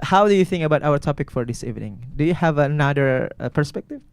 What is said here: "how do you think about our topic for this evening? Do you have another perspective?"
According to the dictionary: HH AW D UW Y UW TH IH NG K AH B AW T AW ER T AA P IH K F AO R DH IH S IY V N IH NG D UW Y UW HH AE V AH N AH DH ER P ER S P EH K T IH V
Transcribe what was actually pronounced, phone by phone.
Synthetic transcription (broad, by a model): HH AW D UW Y UW TH IH NG K AH B AW T AW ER T AA P IH K F AO R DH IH S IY V N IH NG D UW Y UW HH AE V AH N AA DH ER P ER S P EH K T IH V